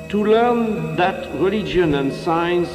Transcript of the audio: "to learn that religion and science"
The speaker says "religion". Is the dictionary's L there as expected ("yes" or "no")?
yes